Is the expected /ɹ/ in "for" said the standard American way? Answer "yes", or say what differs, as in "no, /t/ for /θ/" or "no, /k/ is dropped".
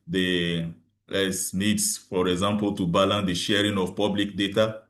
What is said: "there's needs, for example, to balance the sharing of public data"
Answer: yes